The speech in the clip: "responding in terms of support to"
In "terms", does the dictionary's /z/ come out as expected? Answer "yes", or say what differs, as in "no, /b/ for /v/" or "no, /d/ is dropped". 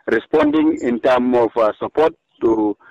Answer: no, /z/ is dropped